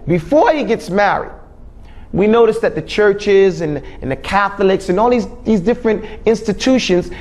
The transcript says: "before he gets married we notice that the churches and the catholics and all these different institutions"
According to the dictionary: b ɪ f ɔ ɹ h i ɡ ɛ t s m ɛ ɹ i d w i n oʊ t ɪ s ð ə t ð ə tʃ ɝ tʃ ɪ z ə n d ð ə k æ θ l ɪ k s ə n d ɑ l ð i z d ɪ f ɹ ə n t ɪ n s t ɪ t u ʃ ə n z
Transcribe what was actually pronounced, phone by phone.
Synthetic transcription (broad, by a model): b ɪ f ɔ ɹ h i ɡ ɛ t s m ɛ ɹ i d w i n oʊ t ɪ s ð ə t ð ə tʃ ɝ tʃ ɪ z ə n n ð ə k æ θ l ɪ k s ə n ɑ l ð i z d ɪ f ɹ ə n t ɪ n s t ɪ t u ʃ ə n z